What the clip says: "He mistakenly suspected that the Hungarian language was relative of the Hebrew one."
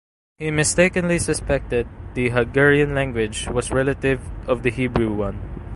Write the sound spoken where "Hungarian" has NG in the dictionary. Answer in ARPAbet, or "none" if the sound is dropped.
none